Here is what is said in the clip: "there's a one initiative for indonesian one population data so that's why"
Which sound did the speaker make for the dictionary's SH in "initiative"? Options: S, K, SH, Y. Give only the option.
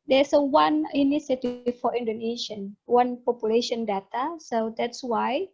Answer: S